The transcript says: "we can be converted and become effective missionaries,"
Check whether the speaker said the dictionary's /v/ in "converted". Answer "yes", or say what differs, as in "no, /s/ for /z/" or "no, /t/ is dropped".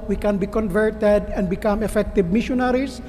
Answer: yes